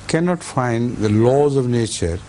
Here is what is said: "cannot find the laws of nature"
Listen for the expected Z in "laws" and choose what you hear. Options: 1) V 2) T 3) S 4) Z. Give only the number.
4